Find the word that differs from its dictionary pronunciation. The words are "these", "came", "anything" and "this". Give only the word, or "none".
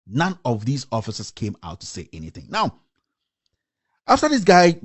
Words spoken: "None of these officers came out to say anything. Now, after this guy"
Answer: none